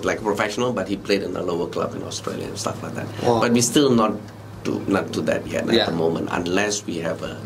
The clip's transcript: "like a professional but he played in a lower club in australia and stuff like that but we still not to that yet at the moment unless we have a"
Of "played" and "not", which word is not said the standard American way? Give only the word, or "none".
none